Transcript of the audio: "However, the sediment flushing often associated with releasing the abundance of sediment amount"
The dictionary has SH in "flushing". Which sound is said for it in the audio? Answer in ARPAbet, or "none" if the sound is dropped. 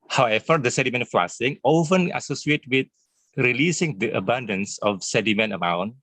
S